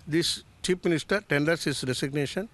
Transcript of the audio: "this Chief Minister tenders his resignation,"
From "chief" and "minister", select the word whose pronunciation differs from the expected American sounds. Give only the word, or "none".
chief